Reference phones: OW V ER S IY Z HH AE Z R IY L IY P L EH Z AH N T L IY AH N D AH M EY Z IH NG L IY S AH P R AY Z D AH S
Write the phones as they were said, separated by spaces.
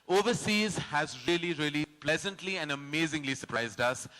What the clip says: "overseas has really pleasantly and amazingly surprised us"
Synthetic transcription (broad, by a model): OW V ER S IY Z HH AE Z R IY L IY P L EH Z AH N T L IY AH N D AH M EY Z IH NG L IY S AH P R AY Z D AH S